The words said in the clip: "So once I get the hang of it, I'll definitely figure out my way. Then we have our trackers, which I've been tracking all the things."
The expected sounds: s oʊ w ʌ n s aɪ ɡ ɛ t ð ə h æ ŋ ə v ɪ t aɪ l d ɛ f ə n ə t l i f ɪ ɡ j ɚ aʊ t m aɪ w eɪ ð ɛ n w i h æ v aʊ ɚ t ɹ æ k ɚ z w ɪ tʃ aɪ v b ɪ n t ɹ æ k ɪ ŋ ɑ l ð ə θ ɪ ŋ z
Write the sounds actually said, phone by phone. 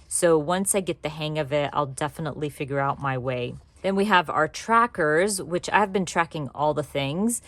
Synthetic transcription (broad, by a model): s oʊ w ʌ n s aɪ ɡ ɛ t ð ə h æ ŋ ə v ɪ t aɪ l d ɛ f ə n ə t l i f ɪ ɡ j ɚ aʊ t m aɪ w eɪ ð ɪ n w i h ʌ v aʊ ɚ t ɹ æ k ɚ z w ɪ tʃ aɪ v b ɪ n t ɹ æ k ɪ ŋ ɑ l ð ə θ ɪ ŋ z